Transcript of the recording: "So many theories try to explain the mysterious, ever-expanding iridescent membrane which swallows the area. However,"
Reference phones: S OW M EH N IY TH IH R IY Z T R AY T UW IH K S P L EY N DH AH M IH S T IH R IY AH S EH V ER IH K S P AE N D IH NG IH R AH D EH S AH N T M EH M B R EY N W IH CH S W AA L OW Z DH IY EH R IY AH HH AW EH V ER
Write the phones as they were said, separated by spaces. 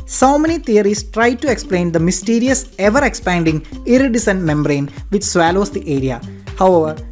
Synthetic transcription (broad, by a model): S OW M EH N IY T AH R IY S T R AY T UW IH K S P L EY N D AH M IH S T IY R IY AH S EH V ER IH K S P AE N D IH NG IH R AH D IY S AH N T M EH M B R EY N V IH CH S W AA L OW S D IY EH R IY AH HH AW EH V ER